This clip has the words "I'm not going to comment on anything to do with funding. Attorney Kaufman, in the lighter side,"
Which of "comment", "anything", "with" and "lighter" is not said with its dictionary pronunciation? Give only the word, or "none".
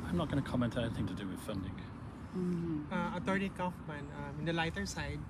none